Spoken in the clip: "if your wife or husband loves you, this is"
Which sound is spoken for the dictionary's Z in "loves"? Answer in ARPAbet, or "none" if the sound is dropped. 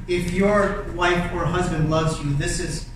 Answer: Z